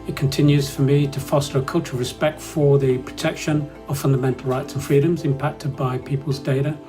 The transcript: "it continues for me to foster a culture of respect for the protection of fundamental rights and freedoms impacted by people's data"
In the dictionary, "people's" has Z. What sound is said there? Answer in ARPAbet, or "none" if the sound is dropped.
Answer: Z